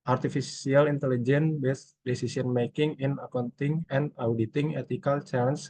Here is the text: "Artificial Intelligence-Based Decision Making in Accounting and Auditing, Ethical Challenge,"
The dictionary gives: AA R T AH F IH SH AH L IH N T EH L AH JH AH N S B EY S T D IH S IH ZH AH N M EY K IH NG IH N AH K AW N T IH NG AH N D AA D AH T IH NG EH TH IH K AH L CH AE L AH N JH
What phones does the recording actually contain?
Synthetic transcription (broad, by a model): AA R T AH F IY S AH L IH N T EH L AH JH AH N B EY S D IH S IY S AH N M EY K IH NG IH N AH K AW N T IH NG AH N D AA D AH T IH NG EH T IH K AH L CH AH N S